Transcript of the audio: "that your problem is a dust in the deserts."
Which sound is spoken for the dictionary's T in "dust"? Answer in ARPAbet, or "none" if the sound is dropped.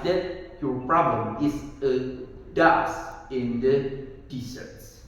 none